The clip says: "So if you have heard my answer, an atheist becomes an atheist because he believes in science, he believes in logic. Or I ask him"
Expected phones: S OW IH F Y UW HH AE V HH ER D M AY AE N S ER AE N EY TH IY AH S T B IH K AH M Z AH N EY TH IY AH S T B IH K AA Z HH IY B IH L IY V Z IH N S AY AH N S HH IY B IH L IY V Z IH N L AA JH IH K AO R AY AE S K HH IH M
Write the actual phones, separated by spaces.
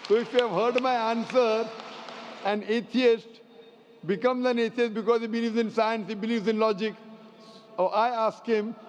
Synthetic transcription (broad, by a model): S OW IH F Y UW HH AE V HH ER D M AY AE N S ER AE N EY T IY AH S T B IH K AH M Z AH N EY T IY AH S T B IH K AA Z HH IY B IH L IY V Z IH N S AY AH N S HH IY B IH L IY V Z IH N L AA JH IH K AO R AY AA S K HH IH M